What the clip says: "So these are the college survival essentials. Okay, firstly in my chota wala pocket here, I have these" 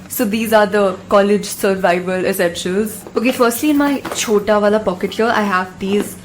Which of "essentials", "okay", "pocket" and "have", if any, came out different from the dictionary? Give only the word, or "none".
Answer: essentials